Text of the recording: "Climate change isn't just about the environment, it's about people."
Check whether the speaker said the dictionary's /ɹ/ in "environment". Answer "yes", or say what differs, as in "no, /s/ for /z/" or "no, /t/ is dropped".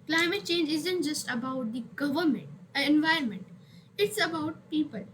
yes